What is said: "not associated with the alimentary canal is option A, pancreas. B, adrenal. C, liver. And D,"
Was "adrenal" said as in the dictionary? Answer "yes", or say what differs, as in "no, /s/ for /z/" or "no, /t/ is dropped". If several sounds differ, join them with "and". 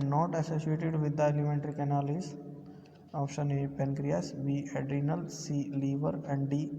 yes